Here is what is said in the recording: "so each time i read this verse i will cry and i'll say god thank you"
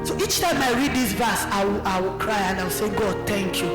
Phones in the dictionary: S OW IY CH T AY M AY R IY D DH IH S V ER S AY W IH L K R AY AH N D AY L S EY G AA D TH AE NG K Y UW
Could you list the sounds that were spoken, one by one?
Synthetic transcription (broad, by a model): S OW IY CH T AY M AY R IY D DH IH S V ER S AY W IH W K R AY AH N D AY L S EY G AA D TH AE NG K Y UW